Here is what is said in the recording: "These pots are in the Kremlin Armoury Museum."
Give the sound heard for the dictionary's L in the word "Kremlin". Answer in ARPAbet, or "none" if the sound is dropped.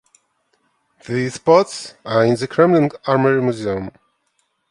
N